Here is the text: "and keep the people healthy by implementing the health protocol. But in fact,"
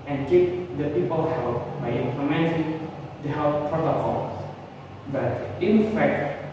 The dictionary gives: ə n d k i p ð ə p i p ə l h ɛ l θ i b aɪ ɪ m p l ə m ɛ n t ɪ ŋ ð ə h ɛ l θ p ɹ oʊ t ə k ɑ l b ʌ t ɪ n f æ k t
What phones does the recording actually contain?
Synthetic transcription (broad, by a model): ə n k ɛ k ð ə p i p ə l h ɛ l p b aɪ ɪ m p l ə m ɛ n s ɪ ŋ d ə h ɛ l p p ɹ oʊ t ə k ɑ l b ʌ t ɪ n f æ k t